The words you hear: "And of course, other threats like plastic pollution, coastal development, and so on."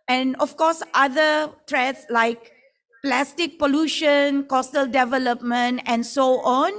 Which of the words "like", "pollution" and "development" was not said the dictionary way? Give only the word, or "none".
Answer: none